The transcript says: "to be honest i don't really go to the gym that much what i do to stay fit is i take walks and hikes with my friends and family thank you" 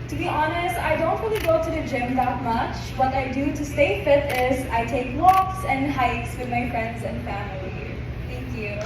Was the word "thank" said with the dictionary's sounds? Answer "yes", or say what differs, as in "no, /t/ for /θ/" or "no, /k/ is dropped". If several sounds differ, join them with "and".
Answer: no, /t/ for /θ/